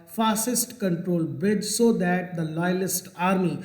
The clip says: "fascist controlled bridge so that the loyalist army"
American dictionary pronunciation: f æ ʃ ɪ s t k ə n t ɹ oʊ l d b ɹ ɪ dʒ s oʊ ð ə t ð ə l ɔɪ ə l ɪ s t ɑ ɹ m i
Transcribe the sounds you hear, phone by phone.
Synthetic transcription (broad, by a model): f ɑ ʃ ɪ s t k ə n t ɹ oʊ l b ɪ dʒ s oʊ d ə t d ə l ɔɪ ə l ɪ s t ɑ ɹ m i